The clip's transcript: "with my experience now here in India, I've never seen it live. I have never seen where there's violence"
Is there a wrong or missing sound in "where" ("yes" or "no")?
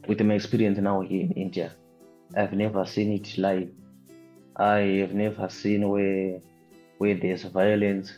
yes